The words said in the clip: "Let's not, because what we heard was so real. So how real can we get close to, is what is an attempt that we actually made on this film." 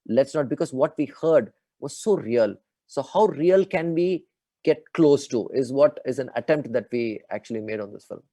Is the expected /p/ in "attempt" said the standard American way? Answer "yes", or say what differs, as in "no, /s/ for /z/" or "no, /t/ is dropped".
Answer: yes